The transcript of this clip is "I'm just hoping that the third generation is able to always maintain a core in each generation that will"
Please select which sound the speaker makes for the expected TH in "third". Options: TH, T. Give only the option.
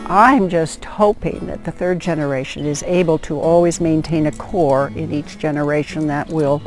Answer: TH